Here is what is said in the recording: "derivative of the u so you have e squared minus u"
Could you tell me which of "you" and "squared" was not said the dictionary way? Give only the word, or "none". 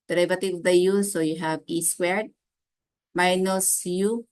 squared